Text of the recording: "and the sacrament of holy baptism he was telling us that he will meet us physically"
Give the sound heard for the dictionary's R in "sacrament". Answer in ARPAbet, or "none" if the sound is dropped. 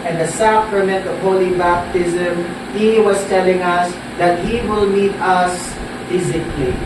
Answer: R